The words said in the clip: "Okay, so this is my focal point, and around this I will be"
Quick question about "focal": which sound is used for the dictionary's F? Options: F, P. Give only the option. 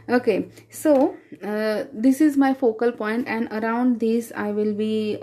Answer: F